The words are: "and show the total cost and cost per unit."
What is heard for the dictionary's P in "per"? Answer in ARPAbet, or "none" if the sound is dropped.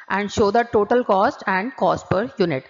P